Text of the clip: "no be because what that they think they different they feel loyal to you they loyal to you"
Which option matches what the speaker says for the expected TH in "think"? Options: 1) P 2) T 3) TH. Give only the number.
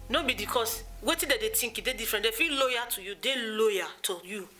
2